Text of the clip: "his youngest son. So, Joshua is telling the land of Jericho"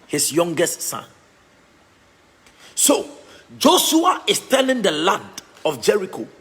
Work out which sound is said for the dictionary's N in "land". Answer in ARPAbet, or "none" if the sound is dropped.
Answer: none